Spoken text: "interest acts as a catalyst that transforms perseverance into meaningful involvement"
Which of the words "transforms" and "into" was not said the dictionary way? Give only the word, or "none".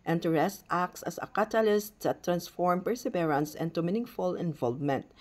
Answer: transforms